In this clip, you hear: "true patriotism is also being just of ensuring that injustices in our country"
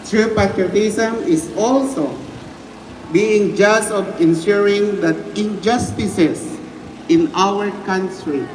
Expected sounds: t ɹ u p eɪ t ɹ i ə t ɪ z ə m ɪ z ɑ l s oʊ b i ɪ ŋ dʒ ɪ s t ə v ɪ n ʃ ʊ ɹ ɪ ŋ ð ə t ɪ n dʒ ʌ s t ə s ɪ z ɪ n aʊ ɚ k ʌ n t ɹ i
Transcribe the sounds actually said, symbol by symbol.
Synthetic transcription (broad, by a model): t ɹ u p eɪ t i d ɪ s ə m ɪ s ɑ l s oʊ b i ɪ ŋ dʒ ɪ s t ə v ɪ n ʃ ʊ ɹ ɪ ŋ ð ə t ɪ n dʒ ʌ s t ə s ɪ s ɪ n aʊ ɚ k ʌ n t ɹ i